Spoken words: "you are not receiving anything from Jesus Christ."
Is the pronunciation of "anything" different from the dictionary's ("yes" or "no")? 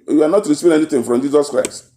yes